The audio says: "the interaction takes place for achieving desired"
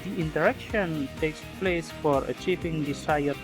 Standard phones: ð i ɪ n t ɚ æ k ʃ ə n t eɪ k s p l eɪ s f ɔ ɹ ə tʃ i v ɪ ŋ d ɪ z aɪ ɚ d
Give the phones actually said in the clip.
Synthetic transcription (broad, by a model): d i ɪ n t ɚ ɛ k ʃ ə n t eɪ k s p l eɪ s f ɔ ɹ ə tʃ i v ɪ ŋ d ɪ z aɪ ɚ